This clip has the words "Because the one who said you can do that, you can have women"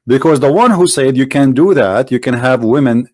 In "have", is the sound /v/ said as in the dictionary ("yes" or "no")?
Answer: yes